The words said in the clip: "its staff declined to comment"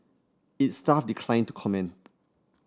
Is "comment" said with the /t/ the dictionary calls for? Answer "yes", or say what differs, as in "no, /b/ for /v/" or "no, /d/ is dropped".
yes